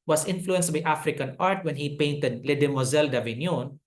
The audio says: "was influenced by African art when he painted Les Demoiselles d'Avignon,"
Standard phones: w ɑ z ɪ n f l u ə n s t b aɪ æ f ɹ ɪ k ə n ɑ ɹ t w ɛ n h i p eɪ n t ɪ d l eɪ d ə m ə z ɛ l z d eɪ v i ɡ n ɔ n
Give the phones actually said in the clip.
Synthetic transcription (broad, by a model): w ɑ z ɪ n f l u ə n s t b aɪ æ f ɹ ɪ k ə n ɑ ɹ t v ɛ n h i p eɪ n t ɪ d l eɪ d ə m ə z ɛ l d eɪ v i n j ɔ n